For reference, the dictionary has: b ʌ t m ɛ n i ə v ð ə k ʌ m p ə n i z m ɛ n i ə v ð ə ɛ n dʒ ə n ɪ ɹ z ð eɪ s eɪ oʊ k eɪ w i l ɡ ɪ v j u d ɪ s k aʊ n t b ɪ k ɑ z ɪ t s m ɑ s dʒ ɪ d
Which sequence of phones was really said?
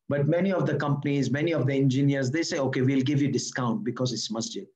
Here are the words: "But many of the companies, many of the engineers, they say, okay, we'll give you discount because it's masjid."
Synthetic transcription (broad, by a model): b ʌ t m ɛ n i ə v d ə k ʌ m p ə n i z m ɛ n i ə v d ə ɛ n dʒ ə n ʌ ɹ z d eɪ s eɪ oʊ k eɪ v i l ɡ ɪ v j u d ɪ s k aʊ n t b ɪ k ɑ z ɪ t s m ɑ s dʒ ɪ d